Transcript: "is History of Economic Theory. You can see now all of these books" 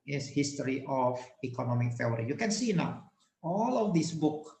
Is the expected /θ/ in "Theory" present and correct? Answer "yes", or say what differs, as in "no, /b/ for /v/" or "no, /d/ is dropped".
no, /f/ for /θ/